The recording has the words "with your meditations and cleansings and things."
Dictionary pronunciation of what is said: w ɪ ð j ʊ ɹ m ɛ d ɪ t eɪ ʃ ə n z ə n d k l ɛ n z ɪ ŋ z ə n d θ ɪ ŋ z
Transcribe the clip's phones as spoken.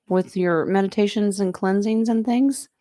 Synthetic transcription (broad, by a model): w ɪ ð j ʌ ɹ m ɛ d ɪ t eɪ ʃ ə n z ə n k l ɛ n z ɪ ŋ z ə n θ ɪ ŋ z